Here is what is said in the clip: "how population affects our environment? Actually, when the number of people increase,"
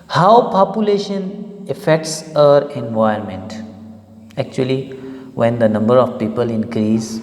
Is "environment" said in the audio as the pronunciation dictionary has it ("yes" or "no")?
no